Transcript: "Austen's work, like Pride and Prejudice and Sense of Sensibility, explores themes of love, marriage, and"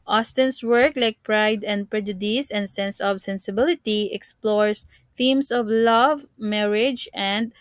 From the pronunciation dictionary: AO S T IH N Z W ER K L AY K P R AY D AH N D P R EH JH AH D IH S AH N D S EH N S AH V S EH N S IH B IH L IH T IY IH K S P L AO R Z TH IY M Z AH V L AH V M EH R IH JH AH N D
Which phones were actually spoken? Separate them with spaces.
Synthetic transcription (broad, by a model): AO S T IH N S W ER K L AY K P R AY D AH N D P R EH JH AH D IH S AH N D S EH N S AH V S EH N S IH B IH L IH T IY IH K S P L AO R S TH IY M S AH V L AH V M EH R IH JH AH N D